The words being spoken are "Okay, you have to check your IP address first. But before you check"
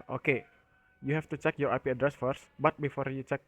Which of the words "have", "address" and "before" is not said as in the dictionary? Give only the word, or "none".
have